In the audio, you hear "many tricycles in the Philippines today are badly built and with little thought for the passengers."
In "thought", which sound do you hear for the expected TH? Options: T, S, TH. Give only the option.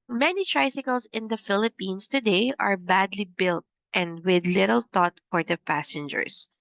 T